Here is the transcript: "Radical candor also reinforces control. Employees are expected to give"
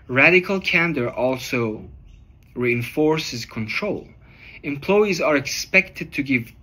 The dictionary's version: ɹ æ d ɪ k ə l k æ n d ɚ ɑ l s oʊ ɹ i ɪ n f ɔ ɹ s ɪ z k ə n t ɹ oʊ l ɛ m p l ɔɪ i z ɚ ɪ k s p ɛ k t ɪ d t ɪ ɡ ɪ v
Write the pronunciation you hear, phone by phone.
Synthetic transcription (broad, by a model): ɹ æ d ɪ k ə l k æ n d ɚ ɑ l s oʊ ɹ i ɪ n f ɔ ɹ s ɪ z k ə n t ɹ oʊ l ɛ m p l ɔɪ i z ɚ ɪ k s p ɛ k t ɪ d t ɪ ɡ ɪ v